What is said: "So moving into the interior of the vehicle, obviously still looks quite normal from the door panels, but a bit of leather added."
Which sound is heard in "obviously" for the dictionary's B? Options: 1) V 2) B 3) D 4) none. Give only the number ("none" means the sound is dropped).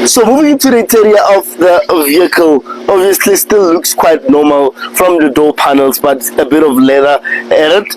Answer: 2